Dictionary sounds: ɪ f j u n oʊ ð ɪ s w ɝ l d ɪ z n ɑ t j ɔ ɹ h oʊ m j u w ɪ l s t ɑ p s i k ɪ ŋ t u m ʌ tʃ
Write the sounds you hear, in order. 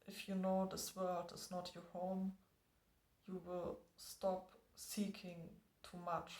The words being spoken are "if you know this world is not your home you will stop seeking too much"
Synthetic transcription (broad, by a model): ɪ f j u n oʊ ð ɪ s w ɝ l d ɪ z n ɑ t j ɔ ɹ h oʊ m j u w ɪ l s t ɑ p s i k ɪ ŋ t u m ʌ tʃ